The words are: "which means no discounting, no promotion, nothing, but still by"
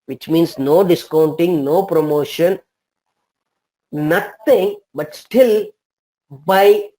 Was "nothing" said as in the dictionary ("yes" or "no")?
no